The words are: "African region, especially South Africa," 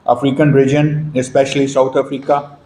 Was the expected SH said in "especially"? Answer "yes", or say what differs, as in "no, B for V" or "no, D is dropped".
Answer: yes